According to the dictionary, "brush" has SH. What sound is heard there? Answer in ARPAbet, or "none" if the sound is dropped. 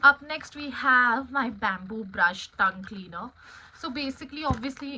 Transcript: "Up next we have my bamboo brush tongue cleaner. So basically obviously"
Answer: SH